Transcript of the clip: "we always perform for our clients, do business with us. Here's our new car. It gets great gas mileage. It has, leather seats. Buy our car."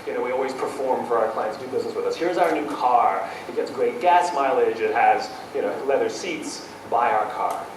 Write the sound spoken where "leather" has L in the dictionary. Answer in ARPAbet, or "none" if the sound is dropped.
L